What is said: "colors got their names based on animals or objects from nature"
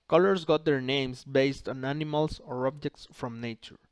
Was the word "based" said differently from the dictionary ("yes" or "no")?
no